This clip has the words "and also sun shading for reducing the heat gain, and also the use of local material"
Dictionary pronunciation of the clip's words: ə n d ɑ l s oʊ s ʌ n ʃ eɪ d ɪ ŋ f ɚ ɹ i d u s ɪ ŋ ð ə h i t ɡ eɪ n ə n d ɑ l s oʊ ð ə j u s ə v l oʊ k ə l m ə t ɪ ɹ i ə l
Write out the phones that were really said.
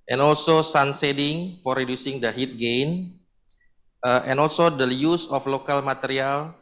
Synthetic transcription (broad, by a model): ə n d ɑ l s oʊ s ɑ n s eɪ d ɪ ŋ f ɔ ɹ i d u s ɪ ŋ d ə h i t ɡ eɪ n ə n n ɑ l s oʊ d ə j u s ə f l oʊ k ə l m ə t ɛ ɹ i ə l